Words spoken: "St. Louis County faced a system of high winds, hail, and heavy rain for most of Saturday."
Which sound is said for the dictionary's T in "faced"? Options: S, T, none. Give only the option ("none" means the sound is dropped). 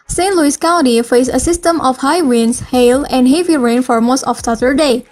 none